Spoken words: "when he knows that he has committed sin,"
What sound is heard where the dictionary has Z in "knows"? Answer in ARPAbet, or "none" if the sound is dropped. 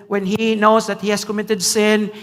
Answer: S